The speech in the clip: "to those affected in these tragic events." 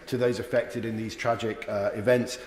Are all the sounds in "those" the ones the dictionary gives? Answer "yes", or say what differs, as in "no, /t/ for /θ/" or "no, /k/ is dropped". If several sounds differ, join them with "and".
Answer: yes